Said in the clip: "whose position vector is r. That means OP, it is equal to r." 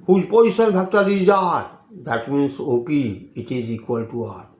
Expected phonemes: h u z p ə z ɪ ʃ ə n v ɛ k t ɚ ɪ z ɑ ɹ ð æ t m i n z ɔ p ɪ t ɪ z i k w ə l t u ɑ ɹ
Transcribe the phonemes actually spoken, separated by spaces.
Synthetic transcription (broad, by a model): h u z p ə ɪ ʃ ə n b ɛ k t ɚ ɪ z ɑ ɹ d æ t m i n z ɔ p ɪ t ɪ z i k w ə l t u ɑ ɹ